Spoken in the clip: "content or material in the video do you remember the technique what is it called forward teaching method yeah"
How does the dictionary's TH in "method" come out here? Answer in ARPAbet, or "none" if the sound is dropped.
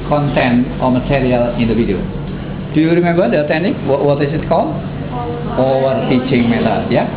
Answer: T